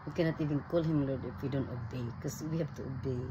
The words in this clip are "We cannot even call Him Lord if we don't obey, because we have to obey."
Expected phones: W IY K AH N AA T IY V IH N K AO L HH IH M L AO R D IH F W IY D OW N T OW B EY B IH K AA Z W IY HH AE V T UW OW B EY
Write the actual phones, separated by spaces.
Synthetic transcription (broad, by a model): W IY K AH N AA T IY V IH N K AO L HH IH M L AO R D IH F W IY D OW N T OW B EY K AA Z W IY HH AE B T UW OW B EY